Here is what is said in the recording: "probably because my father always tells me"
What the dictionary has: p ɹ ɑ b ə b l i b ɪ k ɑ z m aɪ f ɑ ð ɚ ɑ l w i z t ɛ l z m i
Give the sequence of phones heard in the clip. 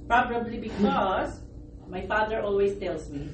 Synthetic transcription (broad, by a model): p ɹ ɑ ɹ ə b l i b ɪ k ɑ s m aɪ f ɑ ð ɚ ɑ l w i s t ɛ l s m i